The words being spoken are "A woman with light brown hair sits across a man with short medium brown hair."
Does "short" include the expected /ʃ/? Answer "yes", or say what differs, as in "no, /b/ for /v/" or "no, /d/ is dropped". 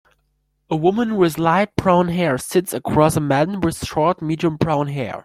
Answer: no, /s/ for /ʃ/